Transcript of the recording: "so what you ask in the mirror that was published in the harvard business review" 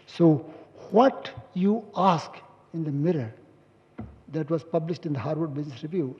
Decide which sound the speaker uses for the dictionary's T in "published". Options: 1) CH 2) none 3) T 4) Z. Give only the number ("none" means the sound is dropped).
3